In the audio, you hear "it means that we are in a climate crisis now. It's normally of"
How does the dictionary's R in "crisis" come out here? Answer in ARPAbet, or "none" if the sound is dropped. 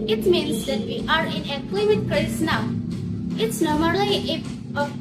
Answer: none